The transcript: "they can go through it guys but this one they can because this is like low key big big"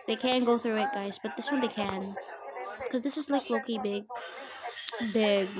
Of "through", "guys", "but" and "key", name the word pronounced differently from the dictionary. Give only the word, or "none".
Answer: none